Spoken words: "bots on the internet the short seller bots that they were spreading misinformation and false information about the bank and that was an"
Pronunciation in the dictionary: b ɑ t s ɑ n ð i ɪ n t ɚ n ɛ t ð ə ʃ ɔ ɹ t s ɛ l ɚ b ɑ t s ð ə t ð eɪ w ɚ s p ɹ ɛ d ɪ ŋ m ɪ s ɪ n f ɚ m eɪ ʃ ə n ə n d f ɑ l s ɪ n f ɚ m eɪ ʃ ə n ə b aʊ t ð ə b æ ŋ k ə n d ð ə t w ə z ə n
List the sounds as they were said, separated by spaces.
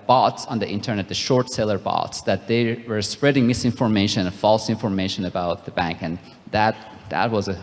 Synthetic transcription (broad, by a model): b ɑ t s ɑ n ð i ɪ n t ɚ n ɛ t ð ə ʃ ɔ ɹ t s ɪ l ɚ b ɑ t s ð ə t ð eɪ w ɚ s p ɹ ɛ d ɪ ŋ m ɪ s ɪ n f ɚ m eɪ ə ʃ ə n f ɑ l s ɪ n f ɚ m eɪ ʃ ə n ə b aʊ t ð ə b æ ŋ k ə n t ð ə t w ə z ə